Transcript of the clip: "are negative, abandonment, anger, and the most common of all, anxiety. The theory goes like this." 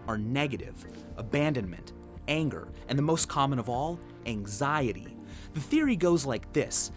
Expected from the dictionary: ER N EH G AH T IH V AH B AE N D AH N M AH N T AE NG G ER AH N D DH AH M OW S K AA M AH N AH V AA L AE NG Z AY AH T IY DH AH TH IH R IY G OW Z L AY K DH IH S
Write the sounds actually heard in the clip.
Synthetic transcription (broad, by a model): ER N EH G AH T IH V AH B AE N D AH N M AH N T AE NG G ER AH N DH AH M OW S K AA M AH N AH V AA L AE NG Z AY AH T IY DH AH TH IH R IY G OW Z L AY K DH IH S